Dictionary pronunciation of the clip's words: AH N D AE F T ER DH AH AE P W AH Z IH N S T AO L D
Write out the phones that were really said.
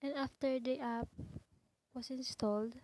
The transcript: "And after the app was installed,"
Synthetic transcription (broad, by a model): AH N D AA F T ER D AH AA P W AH S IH N S T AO L D